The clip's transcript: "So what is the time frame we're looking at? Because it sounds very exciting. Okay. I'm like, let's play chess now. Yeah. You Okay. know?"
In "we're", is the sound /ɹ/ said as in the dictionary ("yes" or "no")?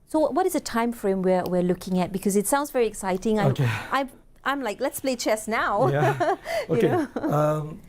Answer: no